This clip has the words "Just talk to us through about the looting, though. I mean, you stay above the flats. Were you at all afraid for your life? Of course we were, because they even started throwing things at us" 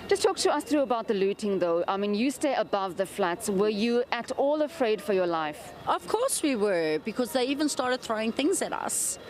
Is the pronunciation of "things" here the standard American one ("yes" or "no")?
yes